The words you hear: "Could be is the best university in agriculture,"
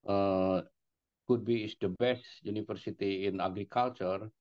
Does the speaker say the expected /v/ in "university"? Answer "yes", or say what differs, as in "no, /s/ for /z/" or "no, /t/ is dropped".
no, /f/ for /v/